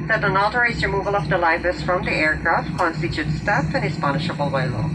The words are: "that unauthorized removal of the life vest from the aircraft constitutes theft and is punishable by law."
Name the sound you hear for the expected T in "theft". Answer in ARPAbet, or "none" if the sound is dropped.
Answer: none